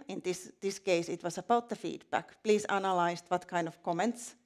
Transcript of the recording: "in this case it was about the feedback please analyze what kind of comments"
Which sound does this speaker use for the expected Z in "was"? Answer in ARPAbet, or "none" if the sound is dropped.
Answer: S